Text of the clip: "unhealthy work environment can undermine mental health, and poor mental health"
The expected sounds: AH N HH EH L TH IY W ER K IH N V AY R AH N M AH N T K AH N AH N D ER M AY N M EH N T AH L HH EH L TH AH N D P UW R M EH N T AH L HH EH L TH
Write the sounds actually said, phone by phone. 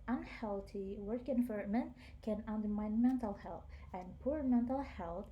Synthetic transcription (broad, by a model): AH N HH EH L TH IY W ER K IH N F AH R M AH N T K AH N AH N D ER M AY N M EH N T AH L HH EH L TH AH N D P UW R M EH N T AH L HH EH L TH